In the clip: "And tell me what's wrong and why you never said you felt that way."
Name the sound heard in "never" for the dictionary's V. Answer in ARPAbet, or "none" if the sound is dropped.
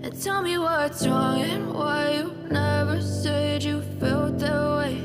V